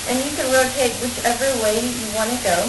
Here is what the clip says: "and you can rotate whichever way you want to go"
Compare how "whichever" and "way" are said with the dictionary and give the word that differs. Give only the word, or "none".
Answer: none